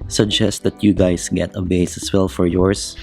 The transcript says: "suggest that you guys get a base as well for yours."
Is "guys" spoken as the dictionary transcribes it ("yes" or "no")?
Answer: no